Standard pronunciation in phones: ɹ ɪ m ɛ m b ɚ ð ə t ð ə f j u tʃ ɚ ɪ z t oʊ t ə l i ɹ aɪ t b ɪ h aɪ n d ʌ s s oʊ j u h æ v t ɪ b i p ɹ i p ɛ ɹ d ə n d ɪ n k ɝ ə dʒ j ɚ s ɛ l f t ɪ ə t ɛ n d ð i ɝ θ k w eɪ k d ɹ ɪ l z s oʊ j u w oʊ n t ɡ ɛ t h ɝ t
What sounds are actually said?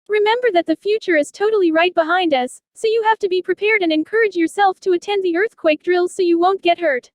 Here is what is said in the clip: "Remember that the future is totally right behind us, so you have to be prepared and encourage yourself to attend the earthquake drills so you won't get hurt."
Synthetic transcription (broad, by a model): ɹ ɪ m ɛ m b ɚ ð ə t ð ə f j u tʃ ɚ ɪ z t oʊ t l i ɹ aɪ t b ɪ h aɪ n d ʌ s s oʊ j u h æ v t ɪ b i p ɹ i p ɛ ɹ d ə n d ɪ n k ɝ ə dʒ j ɚ s ɛ l f t ɪ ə t ɛ n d ð i ɝ θ k w eɪ k d ɹ ɪ l z s oʊ j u w oʊ n ɡ ɛ t h ɝ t